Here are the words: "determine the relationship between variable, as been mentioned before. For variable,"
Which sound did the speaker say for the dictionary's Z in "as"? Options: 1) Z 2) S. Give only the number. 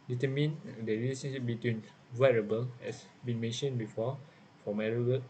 2